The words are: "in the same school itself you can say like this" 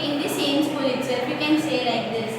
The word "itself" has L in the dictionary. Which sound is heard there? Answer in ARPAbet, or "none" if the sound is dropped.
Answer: none